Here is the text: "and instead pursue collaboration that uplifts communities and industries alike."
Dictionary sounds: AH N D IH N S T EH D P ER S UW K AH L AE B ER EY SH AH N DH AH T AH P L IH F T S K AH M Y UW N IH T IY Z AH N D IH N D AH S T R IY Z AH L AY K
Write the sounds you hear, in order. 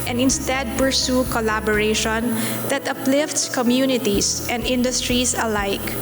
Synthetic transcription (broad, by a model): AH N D IH N S T EH D P ER S UW K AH L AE B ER EY SH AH N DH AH T AH P L IH F T S K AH M Y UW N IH T IY S AH N D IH N D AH S T R IY S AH L AY K